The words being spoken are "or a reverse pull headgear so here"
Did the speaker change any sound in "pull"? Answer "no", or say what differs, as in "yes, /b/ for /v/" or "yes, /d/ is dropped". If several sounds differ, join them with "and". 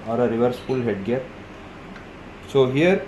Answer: yes, /f/ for /p/